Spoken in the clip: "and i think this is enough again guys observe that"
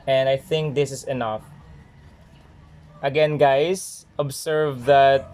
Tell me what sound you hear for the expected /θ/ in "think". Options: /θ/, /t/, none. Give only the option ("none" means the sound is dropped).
/θ/